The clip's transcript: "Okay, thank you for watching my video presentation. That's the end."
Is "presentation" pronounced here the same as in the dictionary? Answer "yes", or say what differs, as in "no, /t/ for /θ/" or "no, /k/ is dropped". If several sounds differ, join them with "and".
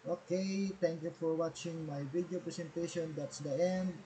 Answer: no, /s/ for /z/